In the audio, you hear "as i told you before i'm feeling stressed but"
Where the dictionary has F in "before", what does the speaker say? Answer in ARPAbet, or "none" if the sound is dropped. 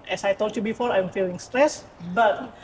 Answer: F